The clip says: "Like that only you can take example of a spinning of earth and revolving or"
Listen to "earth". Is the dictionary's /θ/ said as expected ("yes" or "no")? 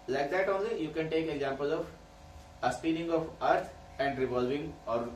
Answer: no